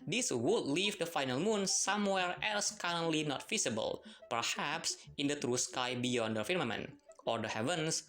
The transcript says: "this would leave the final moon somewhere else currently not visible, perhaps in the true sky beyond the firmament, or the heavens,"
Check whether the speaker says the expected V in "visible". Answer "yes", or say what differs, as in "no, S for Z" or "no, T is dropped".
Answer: no, F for V